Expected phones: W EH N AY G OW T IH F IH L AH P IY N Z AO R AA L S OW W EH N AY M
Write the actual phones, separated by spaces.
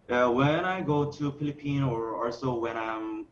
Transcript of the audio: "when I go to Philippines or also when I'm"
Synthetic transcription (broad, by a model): W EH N AY G OW T IH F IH L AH P IY N AO R AA L S OW W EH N AY M